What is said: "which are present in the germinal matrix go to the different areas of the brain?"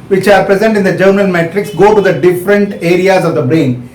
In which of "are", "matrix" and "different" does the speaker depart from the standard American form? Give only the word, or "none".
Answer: none